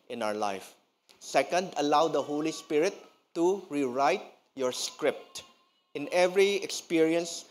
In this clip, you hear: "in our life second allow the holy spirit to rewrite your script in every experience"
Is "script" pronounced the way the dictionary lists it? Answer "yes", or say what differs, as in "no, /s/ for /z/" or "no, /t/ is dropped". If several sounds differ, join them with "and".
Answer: yes